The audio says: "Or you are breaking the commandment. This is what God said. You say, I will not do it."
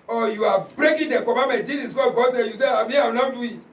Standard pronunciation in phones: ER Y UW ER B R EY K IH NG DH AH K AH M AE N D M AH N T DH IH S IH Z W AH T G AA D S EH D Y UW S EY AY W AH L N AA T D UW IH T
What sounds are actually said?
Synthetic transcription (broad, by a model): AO Y UW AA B R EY K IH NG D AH K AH M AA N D M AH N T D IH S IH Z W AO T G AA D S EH Y UW S EY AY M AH W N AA D UW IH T